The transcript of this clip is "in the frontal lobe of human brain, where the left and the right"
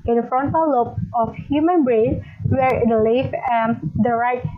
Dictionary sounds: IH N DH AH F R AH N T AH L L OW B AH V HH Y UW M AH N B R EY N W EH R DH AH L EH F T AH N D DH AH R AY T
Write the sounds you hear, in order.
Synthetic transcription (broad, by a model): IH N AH F R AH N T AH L L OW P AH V HH Y UW M AH N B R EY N W EH R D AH L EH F AH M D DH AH R AY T